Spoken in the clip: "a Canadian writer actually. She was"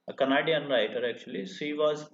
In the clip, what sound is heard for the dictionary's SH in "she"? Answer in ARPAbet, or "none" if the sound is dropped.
S